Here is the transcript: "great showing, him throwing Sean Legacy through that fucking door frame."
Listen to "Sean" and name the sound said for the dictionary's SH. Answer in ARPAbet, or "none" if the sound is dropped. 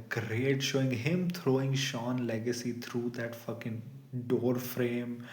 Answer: SH